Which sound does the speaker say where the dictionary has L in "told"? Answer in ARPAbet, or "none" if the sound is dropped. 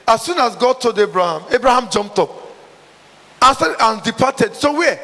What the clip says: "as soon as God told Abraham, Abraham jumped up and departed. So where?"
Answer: none